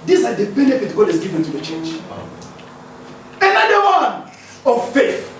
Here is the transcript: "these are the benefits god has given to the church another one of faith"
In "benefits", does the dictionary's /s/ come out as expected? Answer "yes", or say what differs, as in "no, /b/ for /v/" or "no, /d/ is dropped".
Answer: no, /s/ is dropped